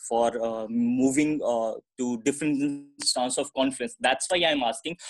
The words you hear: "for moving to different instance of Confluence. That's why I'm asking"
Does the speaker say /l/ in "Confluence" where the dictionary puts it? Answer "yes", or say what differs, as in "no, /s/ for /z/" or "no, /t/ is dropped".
no, /l/ is dropped